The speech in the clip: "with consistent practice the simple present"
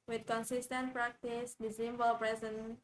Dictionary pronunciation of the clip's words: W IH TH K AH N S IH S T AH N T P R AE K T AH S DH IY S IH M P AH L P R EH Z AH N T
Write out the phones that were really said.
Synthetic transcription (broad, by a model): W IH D K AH N S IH S T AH N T P R AE K T AH S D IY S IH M B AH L P R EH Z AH N